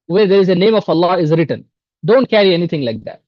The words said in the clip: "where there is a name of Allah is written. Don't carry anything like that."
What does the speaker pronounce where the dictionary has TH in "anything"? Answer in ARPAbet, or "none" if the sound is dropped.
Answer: T